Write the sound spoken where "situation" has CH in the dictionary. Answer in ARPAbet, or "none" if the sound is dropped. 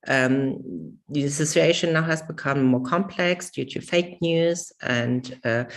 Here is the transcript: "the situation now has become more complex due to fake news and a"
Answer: S